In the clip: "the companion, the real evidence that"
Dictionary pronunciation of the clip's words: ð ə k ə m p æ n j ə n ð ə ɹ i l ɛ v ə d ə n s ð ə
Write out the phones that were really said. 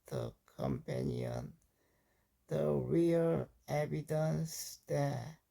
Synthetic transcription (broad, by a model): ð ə k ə m p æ n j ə n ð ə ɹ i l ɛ b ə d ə n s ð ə